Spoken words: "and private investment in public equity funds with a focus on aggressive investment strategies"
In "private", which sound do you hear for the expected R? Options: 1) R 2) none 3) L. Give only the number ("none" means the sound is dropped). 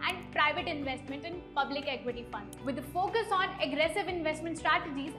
1